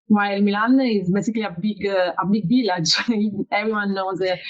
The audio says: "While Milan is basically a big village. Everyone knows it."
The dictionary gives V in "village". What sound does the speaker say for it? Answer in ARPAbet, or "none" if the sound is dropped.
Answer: B